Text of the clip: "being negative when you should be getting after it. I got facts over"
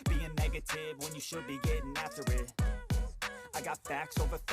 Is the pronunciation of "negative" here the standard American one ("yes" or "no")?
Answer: yes